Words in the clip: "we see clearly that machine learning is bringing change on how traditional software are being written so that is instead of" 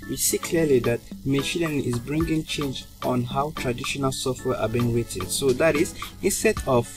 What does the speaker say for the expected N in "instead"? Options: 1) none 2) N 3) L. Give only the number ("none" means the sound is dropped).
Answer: 2